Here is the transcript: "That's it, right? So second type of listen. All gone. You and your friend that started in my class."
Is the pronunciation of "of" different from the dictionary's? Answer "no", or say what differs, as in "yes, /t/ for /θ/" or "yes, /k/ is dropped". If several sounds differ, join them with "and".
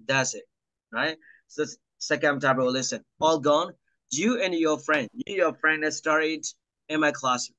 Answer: yes, /w/ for /v/